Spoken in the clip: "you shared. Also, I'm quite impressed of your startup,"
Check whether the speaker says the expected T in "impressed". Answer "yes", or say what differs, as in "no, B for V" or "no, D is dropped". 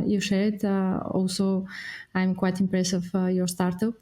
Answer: no, T is dropped